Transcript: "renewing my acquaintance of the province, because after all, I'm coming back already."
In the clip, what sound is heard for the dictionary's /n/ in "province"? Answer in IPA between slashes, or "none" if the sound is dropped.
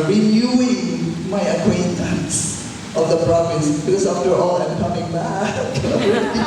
none